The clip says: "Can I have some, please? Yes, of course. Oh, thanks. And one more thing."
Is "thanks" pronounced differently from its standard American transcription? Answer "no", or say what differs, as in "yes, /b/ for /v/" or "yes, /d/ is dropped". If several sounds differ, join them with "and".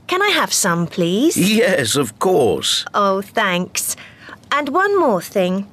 no